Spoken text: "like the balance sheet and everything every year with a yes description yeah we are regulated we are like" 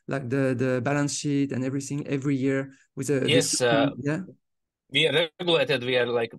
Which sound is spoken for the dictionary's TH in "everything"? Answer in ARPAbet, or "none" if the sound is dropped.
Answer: TH